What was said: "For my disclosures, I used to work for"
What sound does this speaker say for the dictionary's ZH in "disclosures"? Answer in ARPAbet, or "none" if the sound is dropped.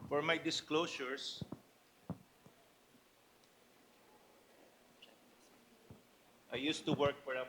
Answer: S